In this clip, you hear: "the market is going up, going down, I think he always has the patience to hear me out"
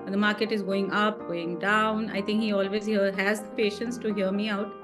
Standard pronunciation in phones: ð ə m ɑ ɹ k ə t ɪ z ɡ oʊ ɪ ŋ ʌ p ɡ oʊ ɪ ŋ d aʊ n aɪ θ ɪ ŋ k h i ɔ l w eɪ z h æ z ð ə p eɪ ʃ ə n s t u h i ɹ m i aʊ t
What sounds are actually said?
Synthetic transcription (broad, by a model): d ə m ɑ ɹ k ə t ɪ z ɡ oʊ ɪ ŋ ʌ p ɡ oʊ ɪ ŋ d aʊ n aɪ t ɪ ŋ k h i ɔ l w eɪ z h æ z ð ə p eɪ ʃ ə n s t u h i ɹ m i aʊ t